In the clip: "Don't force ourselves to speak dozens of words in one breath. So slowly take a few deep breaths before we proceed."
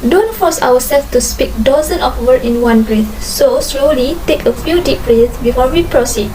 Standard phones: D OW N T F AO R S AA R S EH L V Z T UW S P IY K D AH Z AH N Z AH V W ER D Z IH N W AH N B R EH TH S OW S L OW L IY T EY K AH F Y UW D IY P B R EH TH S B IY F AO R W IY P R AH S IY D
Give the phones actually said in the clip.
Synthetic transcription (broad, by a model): D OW N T F AO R S AA W S EH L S T UW S P IY K D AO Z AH N AH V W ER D IH N W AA N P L EH S S OW S L OW L IY T EY K AH F Y UW D IY P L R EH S B IY F AO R W IY P R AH S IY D